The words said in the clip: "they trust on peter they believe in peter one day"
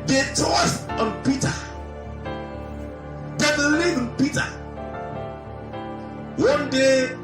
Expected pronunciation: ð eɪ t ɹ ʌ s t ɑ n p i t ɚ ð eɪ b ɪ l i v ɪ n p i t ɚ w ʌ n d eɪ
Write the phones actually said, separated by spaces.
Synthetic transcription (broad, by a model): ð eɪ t ɔ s ɑ n p i t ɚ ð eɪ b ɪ l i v ɪ n p i t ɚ w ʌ n d eɪ